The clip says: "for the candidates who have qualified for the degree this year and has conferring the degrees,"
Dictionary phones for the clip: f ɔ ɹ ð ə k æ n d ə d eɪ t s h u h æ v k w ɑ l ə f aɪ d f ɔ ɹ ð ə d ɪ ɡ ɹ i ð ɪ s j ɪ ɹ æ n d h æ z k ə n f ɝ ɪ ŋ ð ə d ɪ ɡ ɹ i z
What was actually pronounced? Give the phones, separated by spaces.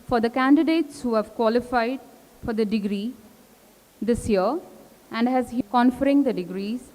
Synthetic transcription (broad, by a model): f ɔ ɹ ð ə k æ n d ə d eɪ t s h u h æ v k w ɑ l ə f aɪ d f ɔ ɹ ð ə d ɪ ɡ ɹ i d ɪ s j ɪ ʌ æ n d h æ z k ə n f ɝ ɪ ŋ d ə d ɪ ɡ ɹ i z